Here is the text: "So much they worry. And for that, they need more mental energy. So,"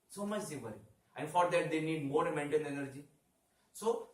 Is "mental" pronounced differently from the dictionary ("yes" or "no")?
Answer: yes